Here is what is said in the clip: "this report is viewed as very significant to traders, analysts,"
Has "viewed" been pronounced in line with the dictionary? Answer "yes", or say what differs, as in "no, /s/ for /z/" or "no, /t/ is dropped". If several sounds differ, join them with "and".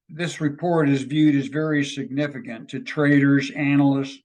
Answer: yes